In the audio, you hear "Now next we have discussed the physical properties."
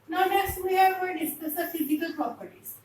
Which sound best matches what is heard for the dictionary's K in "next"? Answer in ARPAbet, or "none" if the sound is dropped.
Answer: none